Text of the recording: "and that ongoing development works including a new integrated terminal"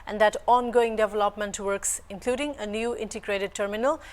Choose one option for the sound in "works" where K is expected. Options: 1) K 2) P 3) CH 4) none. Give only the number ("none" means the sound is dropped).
1